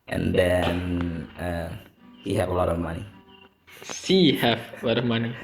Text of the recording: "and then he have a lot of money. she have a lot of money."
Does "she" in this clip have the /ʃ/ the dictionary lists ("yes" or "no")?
no